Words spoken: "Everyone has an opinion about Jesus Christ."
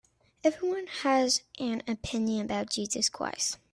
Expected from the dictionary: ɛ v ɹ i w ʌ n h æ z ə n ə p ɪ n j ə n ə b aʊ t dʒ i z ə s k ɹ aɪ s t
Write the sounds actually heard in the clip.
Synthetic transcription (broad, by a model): ɛ v ɹ i w ʌ n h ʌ z ə n ə p ɪ n j ə n ə b aʊ t dʒ i z ə s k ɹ aɪ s